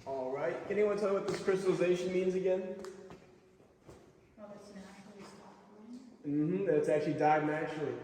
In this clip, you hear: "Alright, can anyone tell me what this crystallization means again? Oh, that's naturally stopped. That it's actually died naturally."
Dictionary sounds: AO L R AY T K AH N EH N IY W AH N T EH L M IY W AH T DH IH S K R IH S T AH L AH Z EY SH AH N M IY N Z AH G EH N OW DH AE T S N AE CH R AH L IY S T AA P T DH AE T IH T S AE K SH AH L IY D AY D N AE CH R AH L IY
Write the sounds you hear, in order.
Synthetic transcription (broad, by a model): AO L R AY T K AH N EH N IY W AH N T EH L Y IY W AH T DH IH S K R IH S T L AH Z EY SH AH N M IY N Z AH G EH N OW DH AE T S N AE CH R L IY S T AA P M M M IH T S AE K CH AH L IY D AY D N AE CH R L IY